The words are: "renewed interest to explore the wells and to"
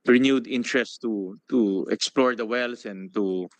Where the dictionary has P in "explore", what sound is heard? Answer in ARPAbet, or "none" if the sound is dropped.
P